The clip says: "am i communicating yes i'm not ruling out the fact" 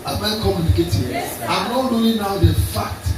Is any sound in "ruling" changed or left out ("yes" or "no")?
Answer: yes